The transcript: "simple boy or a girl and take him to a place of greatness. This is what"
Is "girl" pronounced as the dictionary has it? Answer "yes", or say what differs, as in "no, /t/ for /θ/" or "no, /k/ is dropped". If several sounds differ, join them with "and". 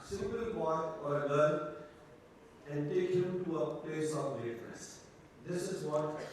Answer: no, /n/ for /l/